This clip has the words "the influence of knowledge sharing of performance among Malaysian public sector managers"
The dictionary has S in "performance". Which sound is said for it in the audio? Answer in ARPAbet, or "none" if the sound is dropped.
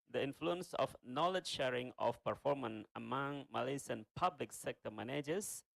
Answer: none